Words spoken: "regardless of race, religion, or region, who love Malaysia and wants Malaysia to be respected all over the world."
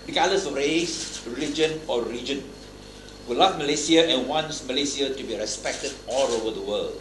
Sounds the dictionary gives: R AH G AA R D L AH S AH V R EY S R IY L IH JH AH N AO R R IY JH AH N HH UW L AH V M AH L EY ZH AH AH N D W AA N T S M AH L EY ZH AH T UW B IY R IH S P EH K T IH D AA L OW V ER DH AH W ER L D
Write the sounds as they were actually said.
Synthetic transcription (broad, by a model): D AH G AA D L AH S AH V R EY S R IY L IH JH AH N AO R L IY JH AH N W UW L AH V M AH L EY S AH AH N W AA N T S M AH L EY S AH T UW B IY R IH S P EH K T IH D AA L OW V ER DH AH W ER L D